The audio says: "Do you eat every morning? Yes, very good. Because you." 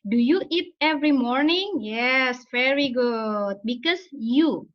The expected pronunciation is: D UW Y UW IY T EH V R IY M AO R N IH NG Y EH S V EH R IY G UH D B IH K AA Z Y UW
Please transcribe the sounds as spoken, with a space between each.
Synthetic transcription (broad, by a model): D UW Y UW IY T EH V R IY M AO R N IH NG Y EH S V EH R IY G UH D B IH K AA S Y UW